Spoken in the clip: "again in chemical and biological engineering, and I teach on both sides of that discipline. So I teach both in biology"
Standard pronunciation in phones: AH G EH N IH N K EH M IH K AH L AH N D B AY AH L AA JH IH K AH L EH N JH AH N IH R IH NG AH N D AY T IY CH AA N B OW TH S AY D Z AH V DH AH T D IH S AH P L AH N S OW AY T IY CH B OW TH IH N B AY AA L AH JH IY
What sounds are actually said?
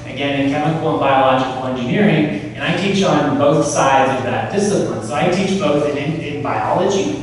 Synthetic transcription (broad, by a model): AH G EH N IH N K EH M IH K L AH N B AY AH L AA JH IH K L EH N JH AH N IH R IH NG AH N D AY T IY CH N B OW TH S AY D Z AH V DH AH T D IH S AH P L AH N S OW AY T IY CH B OW TH IH N B AY AA L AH JH IY